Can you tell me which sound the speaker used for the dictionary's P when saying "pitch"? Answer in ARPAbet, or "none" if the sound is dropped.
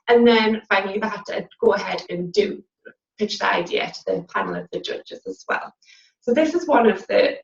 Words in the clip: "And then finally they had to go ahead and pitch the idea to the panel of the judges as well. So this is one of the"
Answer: P